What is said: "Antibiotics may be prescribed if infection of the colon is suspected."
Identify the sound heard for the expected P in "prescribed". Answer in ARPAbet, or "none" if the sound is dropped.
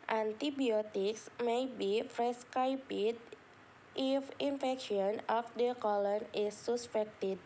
F